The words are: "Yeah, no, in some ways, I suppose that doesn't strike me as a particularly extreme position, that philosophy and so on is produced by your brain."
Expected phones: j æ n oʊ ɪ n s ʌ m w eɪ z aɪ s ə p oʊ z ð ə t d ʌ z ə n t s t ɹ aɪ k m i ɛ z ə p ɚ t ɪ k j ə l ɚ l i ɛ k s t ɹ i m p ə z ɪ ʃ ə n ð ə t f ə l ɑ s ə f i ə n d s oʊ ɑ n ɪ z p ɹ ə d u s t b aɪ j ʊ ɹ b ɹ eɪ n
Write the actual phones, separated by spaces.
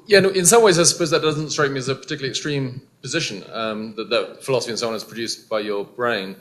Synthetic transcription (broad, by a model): j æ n ɪ n s ʌ m w eɪ z aɪ s ə p oʊ z ð ə t d ʌ z ə n t s t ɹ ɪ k m i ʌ z ə p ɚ t ɪ k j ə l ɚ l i ɛ k s t ɹ i m p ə z ɪ ʃ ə n ð ə t f ə l ɑ s ə f i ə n s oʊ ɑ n ɪ z p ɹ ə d u s b aɪ j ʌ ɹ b ɹ eɪ n